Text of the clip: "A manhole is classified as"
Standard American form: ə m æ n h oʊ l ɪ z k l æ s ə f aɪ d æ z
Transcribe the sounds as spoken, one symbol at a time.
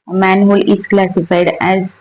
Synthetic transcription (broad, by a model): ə m æ n h oʊ l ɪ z k l æ s ə f aɪ d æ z